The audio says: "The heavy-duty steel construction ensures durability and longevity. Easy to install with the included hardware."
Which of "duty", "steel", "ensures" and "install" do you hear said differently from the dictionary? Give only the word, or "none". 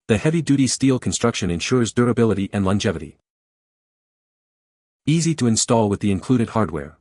none